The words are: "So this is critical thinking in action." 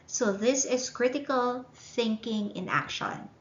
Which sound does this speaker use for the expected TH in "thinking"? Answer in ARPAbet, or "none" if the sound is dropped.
TH